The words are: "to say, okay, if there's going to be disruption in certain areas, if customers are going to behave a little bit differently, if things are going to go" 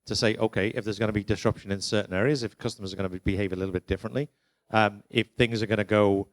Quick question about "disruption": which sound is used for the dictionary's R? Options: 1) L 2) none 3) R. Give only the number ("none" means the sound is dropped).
3